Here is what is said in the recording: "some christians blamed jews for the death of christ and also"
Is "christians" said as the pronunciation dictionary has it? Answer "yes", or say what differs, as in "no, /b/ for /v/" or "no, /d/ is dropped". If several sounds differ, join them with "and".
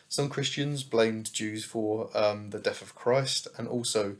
yes